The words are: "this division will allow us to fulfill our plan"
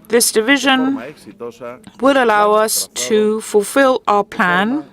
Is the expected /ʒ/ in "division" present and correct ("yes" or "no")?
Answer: yes